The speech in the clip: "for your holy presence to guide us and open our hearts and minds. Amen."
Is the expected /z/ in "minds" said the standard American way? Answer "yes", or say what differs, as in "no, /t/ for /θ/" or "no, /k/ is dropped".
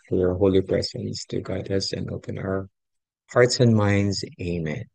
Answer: yes